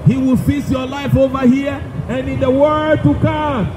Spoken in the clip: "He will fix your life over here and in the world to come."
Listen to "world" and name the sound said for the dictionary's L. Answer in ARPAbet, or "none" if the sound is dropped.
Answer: none